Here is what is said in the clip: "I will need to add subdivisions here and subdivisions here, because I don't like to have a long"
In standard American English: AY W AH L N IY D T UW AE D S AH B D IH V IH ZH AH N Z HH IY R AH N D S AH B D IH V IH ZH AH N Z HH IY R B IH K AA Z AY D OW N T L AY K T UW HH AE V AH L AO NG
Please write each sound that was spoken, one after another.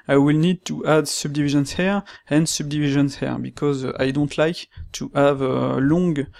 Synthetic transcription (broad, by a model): AY W AH L N IY D T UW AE D S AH B D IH V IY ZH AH N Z HH IY R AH N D S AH B D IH V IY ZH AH N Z HH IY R B IH K AA Z AY D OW N T L AY K T UW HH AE V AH L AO NG